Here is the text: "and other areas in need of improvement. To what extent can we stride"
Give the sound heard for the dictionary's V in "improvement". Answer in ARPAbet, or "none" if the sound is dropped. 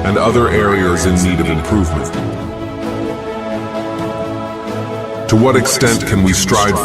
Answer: V